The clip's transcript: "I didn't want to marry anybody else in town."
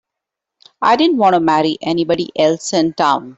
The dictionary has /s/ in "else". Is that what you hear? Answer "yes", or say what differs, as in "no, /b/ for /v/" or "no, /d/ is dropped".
yes